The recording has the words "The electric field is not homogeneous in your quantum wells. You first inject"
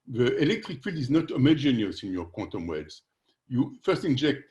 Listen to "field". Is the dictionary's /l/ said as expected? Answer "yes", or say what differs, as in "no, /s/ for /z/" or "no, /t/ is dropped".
yes